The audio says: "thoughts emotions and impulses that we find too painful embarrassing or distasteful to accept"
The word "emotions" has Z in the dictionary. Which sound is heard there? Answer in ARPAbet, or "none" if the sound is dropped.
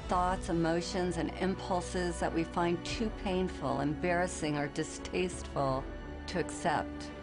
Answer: Z